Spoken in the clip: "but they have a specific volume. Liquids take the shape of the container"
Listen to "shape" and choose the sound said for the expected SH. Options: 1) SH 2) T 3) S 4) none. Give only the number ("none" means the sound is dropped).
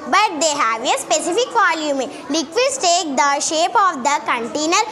1